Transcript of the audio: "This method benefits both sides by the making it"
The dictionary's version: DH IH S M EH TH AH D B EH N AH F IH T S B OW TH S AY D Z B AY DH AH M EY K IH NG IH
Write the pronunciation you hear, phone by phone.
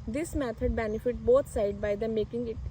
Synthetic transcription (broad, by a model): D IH S M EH T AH D B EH N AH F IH T B OW T S AY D B AY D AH M EY K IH NG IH